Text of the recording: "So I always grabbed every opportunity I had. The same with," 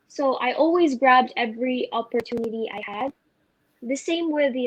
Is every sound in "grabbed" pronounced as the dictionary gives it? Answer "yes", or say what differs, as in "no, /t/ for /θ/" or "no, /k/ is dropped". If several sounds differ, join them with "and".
yes